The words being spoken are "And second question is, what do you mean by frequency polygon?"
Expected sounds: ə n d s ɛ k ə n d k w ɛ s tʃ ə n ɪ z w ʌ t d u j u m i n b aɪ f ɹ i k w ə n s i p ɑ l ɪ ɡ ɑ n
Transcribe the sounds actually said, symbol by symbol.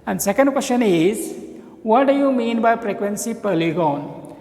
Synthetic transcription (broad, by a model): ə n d s ɛ k ə n d k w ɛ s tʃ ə n ɪ z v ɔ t d u j u m i n b aɪ p ɹ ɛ k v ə n s i p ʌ l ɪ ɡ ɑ n